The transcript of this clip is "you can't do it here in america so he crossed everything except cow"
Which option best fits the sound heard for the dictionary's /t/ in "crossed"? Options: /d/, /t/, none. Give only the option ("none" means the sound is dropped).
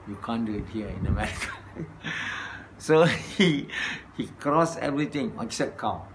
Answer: none